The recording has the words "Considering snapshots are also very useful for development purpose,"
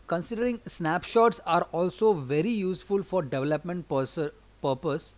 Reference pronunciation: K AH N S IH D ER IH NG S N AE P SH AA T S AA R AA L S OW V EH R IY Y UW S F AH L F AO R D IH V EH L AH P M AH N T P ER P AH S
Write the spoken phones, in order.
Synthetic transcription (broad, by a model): K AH N S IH D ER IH NG S N AE P SH AA T S AA R AA L S OW V EH R IY Y UW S F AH L F AO R D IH V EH L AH P M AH N T P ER P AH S